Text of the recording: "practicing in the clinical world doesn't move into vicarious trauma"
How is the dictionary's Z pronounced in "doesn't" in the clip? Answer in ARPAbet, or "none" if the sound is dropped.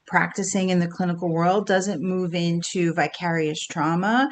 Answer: Z